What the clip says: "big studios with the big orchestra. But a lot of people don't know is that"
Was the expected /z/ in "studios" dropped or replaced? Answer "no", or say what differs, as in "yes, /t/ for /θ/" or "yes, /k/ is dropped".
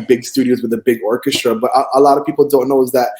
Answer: no